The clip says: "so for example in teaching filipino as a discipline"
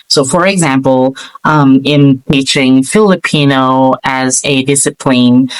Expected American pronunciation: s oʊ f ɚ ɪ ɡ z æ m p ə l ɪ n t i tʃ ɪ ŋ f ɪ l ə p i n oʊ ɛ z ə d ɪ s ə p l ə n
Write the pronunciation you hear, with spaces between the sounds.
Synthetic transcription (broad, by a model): s oʊ f ɚ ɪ ɡ z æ m p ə l ɪ n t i tʃ ɪ ŋ f ɪ l ə p i n oʊ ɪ z ə d ɪ s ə p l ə n